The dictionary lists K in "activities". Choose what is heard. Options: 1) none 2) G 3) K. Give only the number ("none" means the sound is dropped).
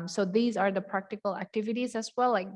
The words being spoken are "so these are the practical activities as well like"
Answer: 3